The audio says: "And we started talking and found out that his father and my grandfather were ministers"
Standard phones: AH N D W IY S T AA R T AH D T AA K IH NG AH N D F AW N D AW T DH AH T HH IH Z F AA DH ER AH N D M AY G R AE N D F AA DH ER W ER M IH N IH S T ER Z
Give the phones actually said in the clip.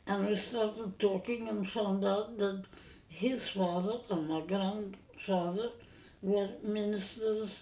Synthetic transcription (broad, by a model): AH N W IY S T AA R T AH D T AA K IH NG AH N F AW N D AW T DH AH T HH IH Z F AA DH ER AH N M AY G R AE N D F AA DH ER W ER M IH N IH S T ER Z